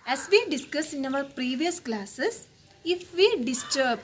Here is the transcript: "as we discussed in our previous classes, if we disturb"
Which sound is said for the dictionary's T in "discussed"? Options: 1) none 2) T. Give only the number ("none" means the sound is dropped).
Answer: 1